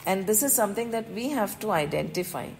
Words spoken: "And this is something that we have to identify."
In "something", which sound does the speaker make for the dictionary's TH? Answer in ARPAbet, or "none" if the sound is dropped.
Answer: T